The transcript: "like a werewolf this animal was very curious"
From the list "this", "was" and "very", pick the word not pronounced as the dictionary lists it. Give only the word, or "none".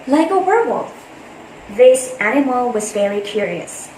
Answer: very